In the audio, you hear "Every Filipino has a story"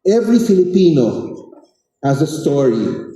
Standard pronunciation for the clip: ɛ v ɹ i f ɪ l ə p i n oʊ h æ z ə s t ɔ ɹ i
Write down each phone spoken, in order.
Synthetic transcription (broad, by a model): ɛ v ɹ i f ɪ l ə p i n oʊ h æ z ə s t ɔ ɹ i